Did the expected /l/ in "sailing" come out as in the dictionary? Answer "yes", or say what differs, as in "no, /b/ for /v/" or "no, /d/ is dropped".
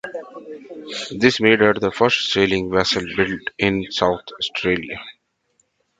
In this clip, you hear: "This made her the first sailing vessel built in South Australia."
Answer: yes